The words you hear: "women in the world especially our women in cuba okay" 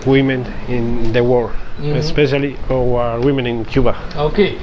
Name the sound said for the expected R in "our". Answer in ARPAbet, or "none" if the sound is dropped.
W